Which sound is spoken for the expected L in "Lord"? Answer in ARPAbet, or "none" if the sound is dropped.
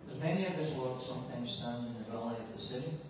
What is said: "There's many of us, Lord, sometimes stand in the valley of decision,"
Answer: W